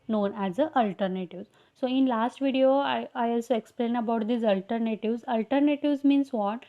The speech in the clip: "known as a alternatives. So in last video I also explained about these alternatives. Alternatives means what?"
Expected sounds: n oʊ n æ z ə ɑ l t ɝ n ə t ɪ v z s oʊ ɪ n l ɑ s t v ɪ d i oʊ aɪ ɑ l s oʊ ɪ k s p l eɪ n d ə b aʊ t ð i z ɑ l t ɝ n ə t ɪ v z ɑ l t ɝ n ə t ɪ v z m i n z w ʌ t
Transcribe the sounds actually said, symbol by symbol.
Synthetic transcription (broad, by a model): n oʊ n æ z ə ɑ l t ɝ n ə t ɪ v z s oʊ ɪ n l ɑ s t v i d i oʊ aɪ ɑ l s oʊ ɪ k s p l eɪ n ə b aʊ t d i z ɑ l t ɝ n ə t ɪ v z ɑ l t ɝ n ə t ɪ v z m i n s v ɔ t